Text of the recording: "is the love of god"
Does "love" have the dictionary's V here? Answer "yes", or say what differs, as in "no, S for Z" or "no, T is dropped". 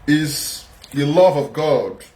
yes